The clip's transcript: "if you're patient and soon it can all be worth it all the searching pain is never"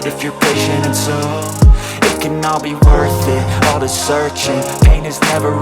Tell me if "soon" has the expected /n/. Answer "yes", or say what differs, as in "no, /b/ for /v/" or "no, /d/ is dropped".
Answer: no, /n/ is dropped